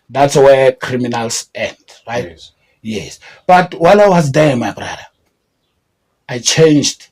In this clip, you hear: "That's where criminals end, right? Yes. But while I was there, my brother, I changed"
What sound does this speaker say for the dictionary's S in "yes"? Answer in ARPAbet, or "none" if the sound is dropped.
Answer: S